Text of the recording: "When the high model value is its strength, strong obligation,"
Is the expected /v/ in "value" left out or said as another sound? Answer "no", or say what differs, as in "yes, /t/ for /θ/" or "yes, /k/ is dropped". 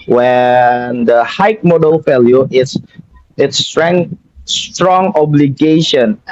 yes, /f/ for /v/